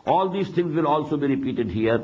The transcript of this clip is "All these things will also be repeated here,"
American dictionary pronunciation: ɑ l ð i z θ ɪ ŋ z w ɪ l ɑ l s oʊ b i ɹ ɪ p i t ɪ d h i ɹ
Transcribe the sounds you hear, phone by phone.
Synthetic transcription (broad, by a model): ɑ l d i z t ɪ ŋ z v ɪ l ɑ l s oʊ b i ɹ ɪ p i t ɪ d h i ɹ